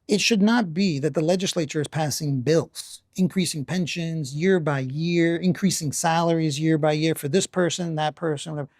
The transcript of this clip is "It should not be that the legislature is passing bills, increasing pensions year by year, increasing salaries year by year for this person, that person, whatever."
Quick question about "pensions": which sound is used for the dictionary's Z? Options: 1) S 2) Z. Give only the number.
2